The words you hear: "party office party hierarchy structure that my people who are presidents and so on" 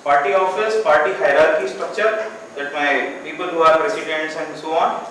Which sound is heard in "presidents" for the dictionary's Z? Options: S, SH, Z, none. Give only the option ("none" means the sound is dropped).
S